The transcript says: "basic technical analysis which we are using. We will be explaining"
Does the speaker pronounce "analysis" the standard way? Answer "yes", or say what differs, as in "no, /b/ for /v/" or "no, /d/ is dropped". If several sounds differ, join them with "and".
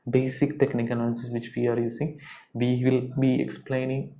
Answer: no, /n/ is dropped